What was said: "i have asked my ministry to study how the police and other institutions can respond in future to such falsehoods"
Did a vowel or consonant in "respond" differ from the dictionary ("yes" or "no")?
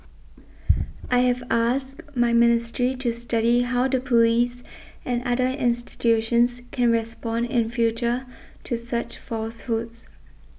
no